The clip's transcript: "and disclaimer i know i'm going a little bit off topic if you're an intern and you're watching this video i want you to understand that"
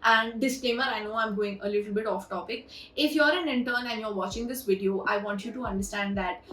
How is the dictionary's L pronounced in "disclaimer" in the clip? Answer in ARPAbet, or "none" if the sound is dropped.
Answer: none